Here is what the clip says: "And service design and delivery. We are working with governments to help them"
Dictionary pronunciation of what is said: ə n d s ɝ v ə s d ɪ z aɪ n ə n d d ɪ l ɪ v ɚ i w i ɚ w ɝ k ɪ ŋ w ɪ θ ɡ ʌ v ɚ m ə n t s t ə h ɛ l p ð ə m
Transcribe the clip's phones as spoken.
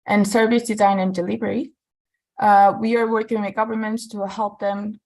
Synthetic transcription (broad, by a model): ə n s ɝ v ə s d ɪ z aɪ n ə n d d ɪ l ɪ v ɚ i w i ɚ w ɝ k ɪ ŋ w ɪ ɡ ʌ v ɚ m ə n t s t ə h ɛ l p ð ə m